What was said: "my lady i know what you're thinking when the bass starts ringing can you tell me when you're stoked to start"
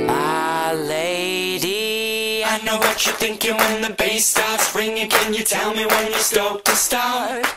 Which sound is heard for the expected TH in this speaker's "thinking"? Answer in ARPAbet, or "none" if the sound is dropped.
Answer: TH